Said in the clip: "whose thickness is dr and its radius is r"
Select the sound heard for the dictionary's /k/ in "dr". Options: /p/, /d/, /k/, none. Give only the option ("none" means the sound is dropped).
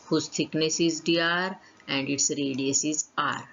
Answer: none